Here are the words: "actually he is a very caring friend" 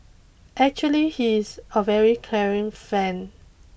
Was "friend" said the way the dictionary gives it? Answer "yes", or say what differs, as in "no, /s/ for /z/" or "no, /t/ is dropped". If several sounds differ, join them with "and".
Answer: no, /ɹ/ is dropped and /d/ is dropped